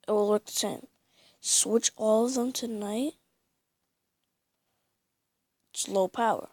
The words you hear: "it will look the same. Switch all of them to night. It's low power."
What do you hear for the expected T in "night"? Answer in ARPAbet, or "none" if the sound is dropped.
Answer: none